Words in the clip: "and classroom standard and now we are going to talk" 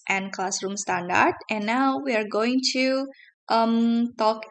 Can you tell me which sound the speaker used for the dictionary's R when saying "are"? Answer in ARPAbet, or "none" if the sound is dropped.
R